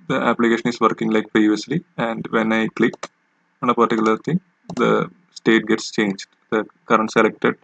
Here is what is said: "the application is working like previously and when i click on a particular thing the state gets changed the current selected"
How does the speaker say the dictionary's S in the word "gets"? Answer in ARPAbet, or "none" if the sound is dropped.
S